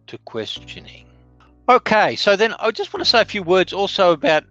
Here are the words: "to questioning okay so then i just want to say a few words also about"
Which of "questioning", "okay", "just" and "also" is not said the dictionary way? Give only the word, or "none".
none